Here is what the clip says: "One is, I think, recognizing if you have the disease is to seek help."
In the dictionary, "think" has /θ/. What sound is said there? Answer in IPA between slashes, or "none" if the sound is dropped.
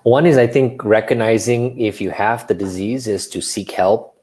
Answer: /θ/